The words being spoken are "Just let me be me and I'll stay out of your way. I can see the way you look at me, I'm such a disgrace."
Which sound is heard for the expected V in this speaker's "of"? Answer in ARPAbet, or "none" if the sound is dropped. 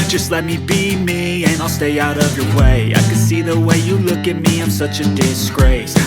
V